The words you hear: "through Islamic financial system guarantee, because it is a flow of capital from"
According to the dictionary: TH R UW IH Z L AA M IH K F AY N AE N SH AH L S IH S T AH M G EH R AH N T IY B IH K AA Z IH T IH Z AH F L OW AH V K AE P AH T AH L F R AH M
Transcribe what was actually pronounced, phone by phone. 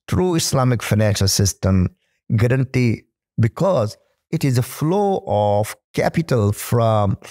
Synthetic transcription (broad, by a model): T R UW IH S L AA M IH K F AY N AE N SH AH L S IH S T AH M G EH R AH N T IY B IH K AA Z IH T IH Z AH F L OW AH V K AE P AH T AH L F R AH M